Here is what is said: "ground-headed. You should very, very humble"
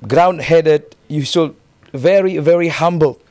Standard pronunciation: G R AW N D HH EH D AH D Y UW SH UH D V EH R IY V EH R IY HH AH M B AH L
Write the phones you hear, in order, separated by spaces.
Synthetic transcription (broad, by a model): G R AW N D HH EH D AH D Y UW S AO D V EH R IY V EH R IY HH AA M B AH L